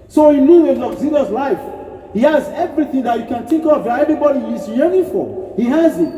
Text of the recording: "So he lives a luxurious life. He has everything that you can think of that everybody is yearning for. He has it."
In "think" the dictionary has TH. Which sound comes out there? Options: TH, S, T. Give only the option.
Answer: T